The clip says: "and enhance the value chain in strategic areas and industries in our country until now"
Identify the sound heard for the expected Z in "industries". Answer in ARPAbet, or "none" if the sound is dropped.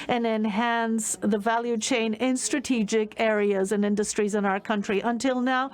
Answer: Z